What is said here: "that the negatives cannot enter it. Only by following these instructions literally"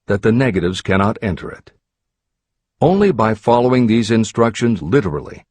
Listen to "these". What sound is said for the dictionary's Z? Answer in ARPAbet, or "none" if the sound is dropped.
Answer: Z